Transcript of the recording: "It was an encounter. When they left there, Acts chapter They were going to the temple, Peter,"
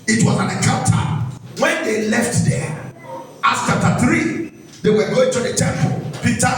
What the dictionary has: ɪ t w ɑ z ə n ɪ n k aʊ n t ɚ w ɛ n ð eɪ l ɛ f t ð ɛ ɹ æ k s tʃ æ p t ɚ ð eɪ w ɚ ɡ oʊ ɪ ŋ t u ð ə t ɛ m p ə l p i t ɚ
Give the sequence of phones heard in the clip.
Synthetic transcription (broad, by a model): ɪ t w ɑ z ə n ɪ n k aʊ n t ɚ w ɛ n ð eɪ l ɛ f t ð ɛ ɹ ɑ s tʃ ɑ p t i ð eɪ w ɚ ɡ oʊ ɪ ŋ t u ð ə t ɛ m p ə l p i t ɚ